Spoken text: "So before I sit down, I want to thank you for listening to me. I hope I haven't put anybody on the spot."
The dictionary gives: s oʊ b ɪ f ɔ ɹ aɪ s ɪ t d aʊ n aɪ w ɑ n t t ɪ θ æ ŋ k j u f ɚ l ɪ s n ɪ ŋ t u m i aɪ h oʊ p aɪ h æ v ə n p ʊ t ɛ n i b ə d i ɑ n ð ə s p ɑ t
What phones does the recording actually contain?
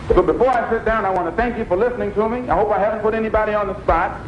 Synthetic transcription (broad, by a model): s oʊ b ɪ f ɔ ɹ aɪ s ɪ t d aʊ n aɪ w ɑ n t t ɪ θ æ ŋ k j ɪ f ɚ l ɪ s n ɪ ŋ t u m i aɪ h oʊ p aɪ h æ v ə n p ʊ t ɛ n i b ə d i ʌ n ð ə s p ɑ t